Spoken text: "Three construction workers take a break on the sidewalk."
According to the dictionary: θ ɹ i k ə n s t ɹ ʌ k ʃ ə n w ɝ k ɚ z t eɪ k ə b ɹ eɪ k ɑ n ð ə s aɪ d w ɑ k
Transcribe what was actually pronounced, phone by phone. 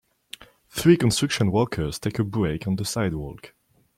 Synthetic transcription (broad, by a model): θ ɹ i k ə n s t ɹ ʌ k ʃ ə n w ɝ k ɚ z t eɪ k ə b ɹ eɪ k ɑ n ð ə s aɪ d w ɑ k